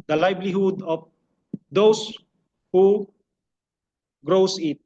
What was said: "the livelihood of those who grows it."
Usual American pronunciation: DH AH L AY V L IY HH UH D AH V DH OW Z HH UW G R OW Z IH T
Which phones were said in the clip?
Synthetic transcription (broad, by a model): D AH L AY B L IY HH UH D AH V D OW S HH UW G R OW S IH T